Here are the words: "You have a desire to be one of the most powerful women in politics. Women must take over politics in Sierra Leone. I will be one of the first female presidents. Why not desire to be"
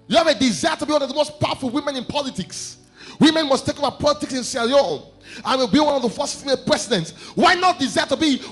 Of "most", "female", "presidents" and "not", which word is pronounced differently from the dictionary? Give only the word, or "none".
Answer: presidents